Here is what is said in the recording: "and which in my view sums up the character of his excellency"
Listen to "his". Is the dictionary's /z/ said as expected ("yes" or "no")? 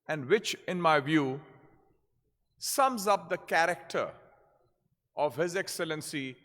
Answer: yes